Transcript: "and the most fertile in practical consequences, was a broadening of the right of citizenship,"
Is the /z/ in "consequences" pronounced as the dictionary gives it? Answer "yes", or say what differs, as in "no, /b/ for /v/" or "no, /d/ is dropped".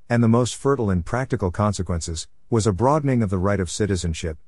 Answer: yes